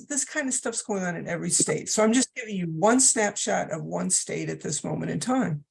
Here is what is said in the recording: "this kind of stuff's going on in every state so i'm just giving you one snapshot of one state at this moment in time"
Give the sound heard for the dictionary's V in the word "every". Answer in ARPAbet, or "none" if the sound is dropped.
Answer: V